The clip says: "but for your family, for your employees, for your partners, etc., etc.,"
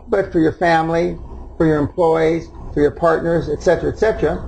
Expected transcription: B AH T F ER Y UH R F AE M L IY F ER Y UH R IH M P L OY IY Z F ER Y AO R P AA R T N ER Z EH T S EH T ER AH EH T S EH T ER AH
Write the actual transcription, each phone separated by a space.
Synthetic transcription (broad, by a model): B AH T F ER Y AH R F AE M L IY F ER Y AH R IH M P L OY IY Z F ER Y AO R P AA R T N ER Z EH T S EH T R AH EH T S EH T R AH